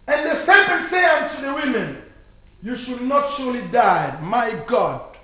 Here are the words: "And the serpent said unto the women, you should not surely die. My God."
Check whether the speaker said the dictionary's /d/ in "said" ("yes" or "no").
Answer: no